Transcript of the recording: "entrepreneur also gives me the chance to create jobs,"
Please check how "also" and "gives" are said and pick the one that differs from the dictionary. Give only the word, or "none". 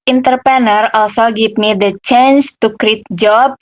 gives